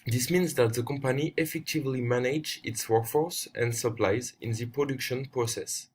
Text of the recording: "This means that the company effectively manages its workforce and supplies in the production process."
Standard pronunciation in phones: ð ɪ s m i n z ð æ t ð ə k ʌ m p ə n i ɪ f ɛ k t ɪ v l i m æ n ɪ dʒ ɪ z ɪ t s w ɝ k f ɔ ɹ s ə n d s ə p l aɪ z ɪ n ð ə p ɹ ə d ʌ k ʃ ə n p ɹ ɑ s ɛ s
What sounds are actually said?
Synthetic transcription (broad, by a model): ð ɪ s m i n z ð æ t ð ə k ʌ m p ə n i ɪ f ɛ k t ɪ v l i m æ n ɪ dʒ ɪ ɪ t s w ɝ k f ɔ ɹ s ə n d s ə p l aɪ z ɪ n ð ə p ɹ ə d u k ʃ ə n p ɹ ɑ s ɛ s